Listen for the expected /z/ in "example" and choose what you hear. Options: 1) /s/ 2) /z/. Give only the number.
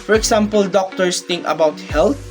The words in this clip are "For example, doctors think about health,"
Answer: 1